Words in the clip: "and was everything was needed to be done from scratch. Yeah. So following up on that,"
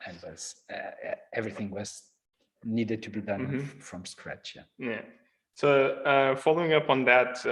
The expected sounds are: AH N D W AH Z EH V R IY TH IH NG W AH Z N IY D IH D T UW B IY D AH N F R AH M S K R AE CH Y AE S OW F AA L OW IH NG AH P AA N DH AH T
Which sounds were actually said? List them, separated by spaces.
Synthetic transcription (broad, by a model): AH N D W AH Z EH V R IY TH IH NG W AH Z N IY D IH D T UW B IY D AH N F R AH M S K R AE CH Y AE S OW F AA L OW IH NG AH P N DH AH T